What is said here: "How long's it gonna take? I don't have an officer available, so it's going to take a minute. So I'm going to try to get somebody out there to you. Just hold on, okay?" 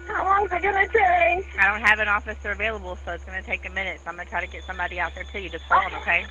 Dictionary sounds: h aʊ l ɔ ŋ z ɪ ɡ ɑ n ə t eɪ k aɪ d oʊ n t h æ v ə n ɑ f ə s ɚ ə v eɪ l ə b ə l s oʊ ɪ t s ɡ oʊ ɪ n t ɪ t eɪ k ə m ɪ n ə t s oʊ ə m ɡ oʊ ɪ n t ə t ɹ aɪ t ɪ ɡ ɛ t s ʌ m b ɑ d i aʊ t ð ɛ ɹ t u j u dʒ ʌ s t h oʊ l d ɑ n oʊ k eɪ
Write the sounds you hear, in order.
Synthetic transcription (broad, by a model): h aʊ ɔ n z ɪ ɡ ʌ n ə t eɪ aɪ d oʊ n t h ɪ v ə n ɑ f ə s ɚ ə v eɪ l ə b l s oʊ ɪ t s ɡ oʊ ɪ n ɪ t eɪ k ə m ɪ n ə t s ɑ ə m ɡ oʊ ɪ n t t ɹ aɪ t ɪ ɡ ɛ t s ʌ m b ɑ d i aʊ t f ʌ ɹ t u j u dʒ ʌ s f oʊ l ʌ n oʊ k eɪ